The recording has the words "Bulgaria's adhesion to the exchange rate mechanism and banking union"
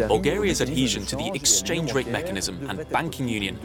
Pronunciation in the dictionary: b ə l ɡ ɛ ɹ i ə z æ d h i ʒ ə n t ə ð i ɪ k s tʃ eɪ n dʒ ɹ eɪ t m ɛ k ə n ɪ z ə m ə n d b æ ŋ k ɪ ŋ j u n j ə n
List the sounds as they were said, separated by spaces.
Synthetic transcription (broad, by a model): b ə l ɡ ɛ ɹ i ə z æ d h i ʒ ə n t ə ð i ɪ k s tʃ eɪ n dʒ ɹ eɪ t m ɛ k ə n ɪ z ə m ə n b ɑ ŋ k ɪ ŋ j u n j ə n